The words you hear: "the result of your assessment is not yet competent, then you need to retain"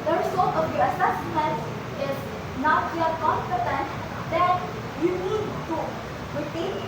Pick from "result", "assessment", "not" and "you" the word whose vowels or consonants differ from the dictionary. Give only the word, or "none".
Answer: result